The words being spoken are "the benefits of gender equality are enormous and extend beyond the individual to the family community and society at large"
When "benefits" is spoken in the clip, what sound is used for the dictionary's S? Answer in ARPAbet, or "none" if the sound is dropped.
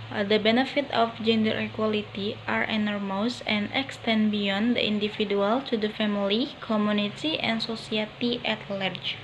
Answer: none